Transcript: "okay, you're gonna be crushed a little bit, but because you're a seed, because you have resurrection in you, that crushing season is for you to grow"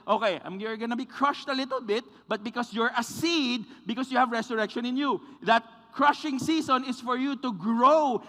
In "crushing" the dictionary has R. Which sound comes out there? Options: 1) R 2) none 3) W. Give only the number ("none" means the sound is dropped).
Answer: 1